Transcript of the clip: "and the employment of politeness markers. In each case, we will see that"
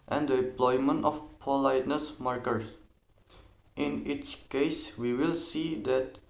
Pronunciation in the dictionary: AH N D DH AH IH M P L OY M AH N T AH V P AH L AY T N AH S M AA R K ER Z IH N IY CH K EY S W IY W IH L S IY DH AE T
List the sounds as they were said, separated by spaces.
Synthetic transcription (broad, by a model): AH N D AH IH M P L OY M AH N T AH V P AH L AY T N AH S M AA R K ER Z IH N IY CH K EY S W IY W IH L S IY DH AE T